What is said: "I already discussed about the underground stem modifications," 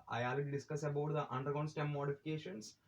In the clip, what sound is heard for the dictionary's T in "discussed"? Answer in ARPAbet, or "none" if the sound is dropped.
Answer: none